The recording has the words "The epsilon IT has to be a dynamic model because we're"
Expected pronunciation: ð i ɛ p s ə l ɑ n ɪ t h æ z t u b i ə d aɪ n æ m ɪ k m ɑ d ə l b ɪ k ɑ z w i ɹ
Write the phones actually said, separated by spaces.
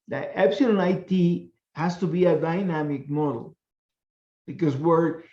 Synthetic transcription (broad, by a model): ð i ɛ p s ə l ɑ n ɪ t h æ s t u b i ə d aɪ n æ m ɪ k m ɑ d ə l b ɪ k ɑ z w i ɹ